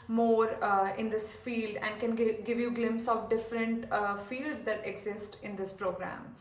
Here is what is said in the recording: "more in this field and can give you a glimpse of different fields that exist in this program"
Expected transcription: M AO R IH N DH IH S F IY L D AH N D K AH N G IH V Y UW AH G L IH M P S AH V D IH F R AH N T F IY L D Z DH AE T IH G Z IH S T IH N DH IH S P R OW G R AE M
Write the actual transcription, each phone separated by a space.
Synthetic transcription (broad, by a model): M AO R IH N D IH S F IY L D AH N D K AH N G IH V Y UW G L IH M P S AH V D IH F R AH N T F IY L D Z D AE T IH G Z IH S T IH N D IH S P R OW G R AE M